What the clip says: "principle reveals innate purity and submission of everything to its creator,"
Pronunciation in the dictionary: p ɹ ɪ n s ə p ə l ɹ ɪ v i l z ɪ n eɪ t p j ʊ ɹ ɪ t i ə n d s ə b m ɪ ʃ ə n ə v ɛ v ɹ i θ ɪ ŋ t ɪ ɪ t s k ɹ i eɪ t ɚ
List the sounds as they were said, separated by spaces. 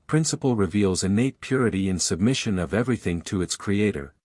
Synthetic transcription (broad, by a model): p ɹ ɪ n s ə p l ɹ ɪ v i l z ɪ n eɪ t p j ʊ ɹ ɪ t i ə n s ə b m ɪ ʃ ə n ə v ɛ v ɹ i θ ɪ ŋ t ɪ ɪ t s k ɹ i eɪ t ɚ